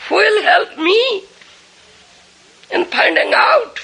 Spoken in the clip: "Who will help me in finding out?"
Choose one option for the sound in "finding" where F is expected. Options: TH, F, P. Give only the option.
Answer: P